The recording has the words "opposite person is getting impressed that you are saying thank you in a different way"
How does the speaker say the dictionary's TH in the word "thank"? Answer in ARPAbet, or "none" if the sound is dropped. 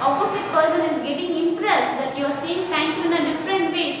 T